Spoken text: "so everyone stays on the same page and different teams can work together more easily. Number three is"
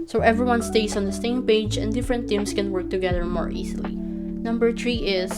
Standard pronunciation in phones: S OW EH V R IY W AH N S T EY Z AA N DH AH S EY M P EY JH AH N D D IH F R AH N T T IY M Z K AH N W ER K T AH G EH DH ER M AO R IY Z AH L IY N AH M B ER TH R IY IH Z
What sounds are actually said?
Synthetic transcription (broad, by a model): S OW EH V R IY W AH N S T EY S AA N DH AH S EY M P EY JH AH N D D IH F R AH N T T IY M S K AH N W ER K T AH G EH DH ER M AO R IY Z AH L IY N AH M B ER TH R IY IH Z